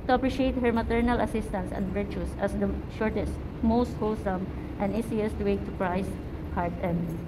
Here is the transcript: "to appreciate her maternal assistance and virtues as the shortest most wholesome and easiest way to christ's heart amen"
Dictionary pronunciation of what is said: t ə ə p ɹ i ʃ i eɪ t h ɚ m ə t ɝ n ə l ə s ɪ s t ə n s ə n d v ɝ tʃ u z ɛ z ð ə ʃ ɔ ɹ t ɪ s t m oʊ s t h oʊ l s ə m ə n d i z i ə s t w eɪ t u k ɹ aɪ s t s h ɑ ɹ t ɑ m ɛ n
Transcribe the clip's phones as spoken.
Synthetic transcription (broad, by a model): t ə ə p ɹ i ʃ i eɪ t h ɚ m ə t ɝ n ə l ə s ɪ s t ə n s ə n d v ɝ tʃ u s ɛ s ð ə ʃ ɔ ɹ t ɪ s t m oʊ s t h oʊ l s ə m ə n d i s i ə s t w eɪ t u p ɹ aɪ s s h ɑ ɹ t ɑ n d